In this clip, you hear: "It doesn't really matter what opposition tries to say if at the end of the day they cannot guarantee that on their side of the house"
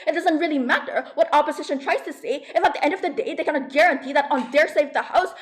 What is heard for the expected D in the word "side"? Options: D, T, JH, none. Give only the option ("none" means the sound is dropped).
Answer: none